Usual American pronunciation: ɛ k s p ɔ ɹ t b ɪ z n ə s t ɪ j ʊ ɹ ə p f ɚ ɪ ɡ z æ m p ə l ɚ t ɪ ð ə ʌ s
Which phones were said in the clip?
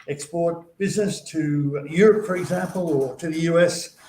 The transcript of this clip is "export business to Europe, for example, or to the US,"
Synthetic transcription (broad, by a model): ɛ k s p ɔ ɹ t b ɪ z n ə s t ɪ j ʊ ɹ ə p f ɚ ɪ ɡ z æ m p ə l ɚ t ɪ ð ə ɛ s